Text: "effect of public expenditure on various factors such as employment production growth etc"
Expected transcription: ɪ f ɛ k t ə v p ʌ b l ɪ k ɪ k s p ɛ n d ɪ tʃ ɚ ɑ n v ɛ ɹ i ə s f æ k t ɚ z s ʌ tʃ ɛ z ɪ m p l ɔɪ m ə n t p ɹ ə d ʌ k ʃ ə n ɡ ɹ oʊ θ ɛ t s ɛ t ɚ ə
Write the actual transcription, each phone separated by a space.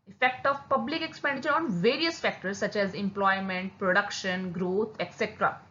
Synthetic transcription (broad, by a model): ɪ f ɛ k t ə v p ʌ b l ɪ k ɪ k s p ɛ n d ɪ tʃ ɚ ɑ n v ɛ ɹ i ə s f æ k t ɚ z s ʌ tʃ ɛ z ɪ m p l ɔɪ m ə n t p ɹ ə d ʌ k ʃ ə n ɡ ɹ oʊ t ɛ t s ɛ t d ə